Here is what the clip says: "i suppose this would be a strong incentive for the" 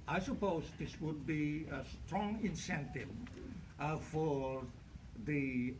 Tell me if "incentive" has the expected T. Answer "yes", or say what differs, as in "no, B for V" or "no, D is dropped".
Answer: yes